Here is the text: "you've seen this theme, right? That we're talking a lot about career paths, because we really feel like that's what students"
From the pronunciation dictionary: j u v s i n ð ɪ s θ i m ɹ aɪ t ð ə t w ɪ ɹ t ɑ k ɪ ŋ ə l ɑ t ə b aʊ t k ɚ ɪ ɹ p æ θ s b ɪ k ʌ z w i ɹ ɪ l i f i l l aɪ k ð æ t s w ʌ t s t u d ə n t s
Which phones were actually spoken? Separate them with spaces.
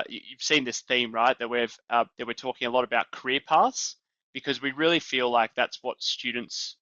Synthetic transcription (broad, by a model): j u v s i n ð ɪ s θ i m ɹ aɪ t ð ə t w ɪ ɹ t ɑ k ɪ ŋ ə l ɑ t ə b aʊ t k ɚ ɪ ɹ p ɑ t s b ɪ k ʌ z w i ɹ ɪ l i f i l l aɪ k ð æ t s w ʌ t s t u d n t s